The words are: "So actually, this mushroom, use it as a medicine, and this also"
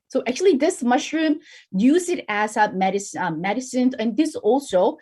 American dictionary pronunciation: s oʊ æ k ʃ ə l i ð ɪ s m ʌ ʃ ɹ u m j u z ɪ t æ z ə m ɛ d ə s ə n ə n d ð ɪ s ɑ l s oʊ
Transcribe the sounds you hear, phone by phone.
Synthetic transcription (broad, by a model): s oʊ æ k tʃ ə l i ð ɪ s m ʌ ʃ ɹ u m j u z ɪ t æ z ə m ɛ d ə s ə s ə n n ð ɪ s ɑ l s oʊ